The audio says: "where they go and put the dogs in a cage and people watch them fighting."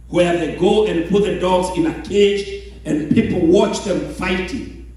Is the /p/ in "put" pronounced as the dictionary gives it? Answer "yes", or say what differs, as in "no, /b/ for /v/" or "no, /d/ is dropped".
yes